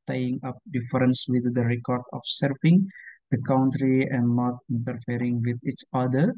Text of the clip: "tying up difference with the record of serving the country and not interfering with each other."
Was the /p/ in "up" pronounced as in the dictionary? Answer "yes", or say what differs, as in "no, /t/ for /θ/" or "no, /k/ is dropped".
yes